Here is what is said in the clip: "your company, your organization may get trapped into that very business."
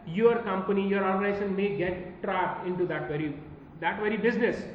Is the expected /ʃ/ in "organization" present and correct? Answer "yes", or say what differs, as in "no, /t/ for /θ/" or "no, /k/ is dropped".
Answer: no, /s/ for /ʃ/